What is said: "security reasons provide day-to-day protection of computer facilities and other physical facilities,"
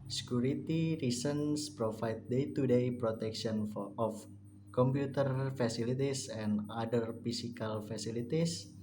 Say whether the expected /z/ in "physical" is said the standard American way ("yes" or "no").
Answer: no